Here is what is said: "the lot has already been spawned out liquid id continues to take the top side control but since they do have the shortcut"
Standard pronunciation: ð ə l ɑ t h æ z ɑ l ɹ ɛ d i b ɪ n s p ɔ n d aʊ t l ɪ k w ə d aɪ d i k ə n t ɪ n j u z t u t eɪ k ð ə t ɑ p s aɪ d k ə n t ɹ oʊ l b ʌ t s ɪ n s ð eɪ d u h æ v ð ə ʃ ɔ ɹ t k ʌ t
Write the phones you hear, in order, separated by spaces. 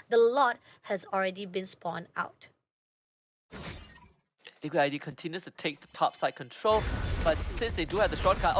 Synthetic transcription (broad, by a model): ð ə l ɑ t h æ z ɑ l ɹ ɛ d i b ɪ n s p ɔ n aʊ t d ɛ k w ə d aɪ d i k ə n t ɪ n j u s t u t eɪ k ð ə t ɑ p s aɪ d k ə n t ɹ oʊ l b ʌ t s ɪ n s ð eɪ d u h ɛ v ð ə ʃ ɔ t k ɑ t